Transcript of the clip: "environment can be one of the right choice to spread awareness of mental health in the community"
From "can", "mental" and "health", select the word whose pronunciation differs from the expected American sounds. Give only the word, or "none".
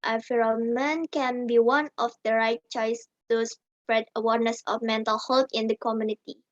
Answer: health